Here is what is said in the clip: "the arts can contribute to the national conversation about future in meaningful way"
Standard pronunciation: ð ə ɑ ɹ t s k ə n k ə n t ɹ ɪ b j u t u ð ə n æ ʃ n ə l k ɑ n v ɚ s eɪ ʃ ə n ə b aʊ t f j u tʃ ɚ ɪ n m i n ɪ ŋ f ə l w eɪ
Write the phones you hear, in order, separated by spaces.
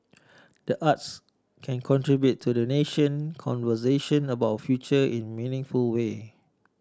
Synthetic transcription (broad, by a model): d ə ɑ t s k ə n k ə n t ɹ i b j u t u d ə n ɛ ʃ ə n k ɑ n v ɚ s eɪ ʃ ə n ə b aʊ t f j u tʃ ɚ ɪ n m i n ɪ ŋ f ə l w eɪ